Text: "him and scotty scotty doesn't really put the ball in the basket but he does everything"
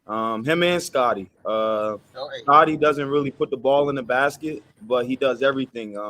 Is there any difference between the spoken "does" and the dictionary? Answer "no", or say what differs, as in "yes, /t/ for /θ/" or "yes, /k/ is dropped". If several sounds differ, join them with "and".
no